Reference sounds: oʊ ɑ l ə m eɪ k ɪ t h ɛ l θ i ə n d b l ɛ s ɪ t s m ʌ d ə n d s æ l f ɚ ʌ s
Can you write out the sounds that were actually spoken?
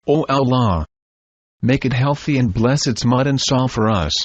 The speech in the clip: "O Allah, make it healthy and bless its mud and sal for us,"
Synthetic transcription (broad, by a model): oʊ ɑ l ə m eɪ k ɪ t h ɛ l θ i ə n b l ɛ s ɪ t s m ʌ d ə n s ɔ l f ɚ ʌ s